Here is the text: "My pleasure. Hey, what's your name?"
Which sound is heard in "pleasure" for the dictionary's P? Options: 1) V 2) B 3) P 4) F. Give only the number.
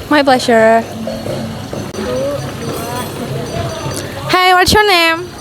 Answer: 2